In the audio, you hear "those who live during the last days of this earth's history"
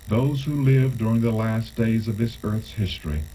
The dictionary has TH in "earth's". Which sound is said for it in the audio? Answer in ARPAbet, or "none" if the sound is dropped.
TH